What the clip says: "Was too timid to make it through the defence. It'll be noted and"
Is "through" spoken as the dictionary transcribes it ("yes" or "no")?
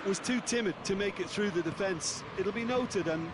yes